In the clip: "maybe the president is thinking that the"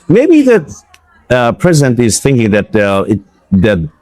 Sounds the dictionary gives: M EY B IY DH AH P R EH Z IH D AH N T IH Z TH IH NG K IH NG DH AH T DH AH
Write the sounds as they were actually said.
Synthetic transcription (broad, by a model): M EY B IY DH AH P R EH Z IH D AH N T IH Z TH IH NG K IH NG DH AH T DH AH